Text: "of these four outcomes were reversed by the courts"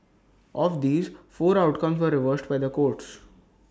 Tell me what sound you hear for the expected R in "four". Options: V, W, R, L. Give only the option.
R